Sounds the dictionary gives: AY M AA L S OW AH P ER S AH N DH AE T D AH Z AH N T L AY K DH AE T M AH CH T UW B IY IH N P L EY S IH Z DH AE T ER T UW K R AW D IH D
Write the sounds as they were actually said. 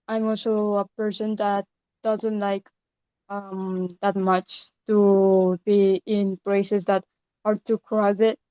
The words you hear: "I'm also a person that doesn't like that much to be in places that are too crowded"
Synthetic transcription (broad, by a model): AY M AA L S OW AH P ER S AH N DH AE T D AH Z AH N T L AY K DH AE T M AH CH T UW B IY IH N P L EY S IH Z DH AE T ER T UW K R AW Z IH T